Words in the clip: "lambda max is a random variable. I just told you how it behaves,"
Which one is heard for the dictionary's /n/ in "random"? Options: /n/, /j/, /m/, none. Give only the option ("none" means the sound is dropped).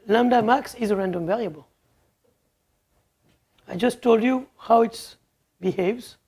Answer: /n/